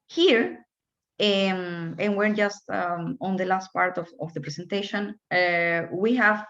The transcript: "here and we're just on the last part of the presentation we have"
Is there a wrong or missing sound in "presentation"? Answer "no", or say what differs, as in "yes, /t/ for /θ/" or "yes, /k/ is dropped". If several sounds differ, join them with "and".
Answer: yes, /s/ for /z/